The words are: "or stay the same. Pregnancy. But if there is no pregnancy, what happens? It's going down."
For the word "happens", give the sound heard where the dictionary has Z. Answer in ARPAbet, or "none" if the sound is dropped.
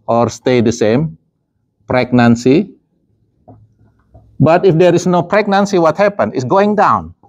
none